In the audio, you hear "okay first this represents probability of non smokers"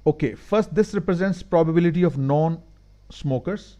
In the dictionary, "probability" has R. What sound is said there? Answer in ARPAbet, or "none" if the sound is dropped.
R